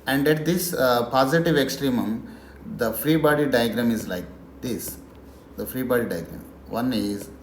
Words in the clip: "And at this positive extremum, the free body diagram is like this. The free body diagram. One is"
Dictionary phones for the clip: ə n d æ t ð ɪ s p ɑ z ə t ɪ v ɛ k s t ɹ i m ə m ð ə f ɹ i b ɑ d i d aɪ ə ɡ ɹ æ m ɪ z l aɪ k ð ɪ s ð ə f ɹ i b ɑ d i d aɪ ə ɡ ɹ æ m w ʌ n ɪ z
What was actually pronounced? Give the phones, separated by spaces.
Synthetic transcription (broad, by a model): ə n d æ t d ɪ s p ɑ z ə t ɪ v ɛ k s t ɹ i m ə m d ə f ɹ i b ɑ d i d aɪ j ɡ ɹ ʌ m ɪ z l aɪ k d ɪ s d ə f ɹ i b ɑ d i d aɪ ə ɡ ɹ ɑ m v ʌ n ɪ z